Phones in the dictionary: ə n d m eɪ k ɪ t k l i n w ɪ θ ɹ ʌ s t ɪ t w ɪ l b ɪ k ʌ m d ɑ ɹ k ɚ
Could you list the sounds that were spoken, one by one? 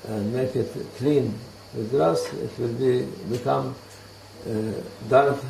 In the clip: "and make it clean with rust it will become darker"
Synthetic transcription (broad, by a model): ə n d m eɪ k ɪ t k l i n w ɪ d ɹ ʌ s ɪ t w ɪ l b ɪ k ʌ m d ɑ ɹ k